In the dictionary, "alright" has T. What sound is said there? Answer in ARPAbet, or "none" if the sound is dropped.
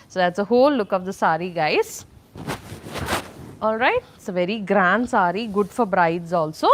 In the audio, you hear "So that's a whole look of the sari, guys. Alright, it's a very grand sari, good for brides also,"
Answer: none